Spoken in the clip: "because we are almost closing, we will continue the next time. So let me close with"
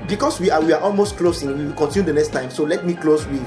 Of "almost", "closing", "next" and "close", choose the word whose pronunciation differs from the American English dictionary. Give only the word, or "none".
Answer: closing